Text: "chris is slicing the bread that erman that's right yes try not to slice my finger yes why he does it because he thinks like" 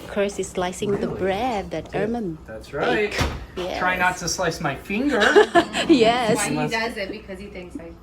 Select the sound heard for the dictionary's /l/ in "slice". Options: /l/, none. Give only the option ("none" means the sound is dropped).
/l/